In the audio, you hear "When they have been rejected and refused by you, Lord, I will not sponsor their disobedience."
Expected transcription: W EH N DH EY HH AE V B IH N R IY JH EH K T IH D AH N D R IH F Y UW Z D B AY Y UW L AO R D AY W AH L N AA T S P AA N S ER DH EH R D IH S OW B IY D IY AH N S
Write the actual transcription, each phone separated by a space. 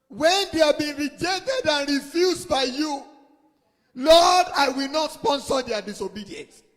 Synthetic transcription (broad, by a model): W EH N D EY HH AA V B IH N R IY JH EH K T IH D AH N R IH F Y UW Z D B AY Y UW L AO D AY W AH L N AA T S P AA N S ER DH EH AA D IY S OW B IY D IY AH N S